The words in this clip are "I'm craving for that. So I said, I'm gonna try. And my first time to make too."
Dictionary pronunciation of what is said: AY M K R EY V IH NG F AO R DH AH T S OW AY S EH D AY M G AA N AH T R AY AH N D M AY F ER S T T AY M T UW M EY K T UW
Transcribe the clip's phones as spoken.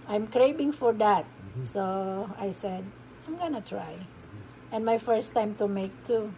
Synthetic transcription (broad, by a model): AY M K R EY B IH NG F AO R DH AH T S OW AY S EH D AY M G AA N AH T R AY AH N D M AY F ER S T T AY M T UW M EY K T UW